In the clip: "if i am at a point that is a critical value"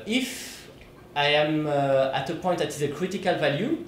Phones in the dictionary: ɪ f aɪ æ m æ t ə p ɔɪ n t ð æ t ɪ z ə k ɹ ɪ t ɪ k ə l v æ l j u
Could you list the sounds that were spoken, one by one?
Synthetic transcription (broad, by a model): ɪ f aɪ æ m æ t ə p ɔɪ t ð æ t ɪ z ə k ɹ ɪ t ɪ k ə l v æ l j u